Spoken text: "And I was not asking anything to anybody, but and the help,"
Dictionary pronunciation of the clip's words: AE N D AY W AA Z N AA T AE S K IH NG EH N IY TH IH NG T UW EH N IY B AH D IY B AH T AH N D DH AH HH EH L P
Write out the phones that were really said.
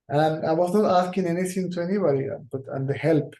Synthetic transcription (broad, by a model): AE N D AY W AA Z N AA T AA S K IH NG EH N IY T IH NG T UW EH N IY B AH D IY B AH T AH N D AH HH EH L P